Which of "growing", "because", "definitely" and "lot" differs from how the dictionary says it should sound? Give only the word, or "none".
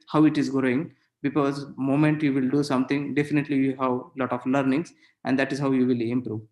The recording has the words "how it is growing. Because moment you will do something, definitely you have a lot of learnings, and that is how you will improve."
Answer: none